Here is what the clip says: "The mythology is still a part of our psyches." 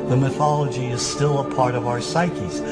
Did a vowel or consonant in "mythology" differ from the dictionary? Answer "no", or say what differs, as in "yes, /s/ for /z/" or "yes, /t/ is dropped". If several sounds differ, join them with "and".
no